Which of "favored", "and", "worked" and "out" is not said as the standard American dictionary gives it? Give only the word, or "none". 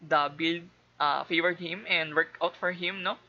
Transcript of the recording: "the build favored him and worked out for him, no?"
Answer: worked